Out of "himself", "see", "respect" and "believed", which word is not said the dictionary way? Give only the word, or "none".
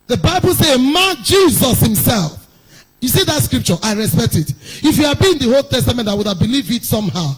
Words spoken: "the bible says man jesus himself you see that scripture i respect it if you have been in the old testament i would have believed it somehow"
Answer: believed